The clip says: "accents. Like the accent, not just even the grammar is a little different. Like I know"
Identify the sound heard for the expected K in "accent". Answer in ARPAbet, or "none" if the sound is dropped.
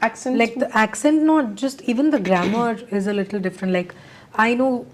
K